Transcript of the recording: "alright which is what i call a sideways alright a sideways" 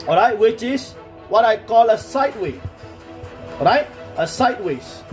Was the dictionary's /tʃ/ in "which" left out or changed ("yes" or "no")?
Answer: no